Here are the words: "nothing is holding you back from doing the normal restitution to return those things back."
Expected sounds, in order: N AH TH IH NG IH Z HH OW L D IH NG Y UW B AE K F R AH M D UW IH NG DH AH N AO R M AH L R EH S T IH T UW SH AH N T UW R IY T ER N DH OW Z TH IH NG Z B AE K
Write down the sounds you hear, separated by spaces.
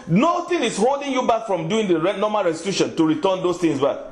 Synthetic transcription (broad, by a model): N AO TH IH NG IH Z HH OW L D IH NG Y UW B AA K F R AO M D UW IH NG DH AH N AO M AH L R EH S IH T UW SH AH N T UW R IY T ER N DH OW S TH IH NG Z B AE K